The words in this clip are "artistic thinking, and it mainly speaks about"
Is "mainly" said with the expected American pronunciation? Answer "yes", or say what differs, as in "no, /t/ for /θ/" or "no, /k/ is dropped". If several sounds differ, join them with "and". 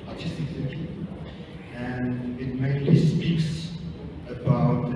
no, /n/ is dropped